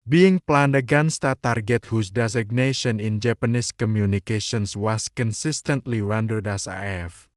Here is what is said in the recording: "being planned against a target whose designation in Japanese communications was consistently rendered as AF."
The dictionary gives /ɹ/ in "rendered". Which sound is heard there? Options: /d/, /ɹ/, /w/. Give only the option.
/w/